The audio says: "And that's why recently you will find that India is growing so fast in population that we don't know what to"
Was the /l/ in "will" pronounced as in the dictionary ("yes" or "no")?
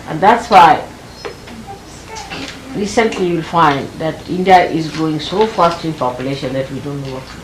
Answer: yes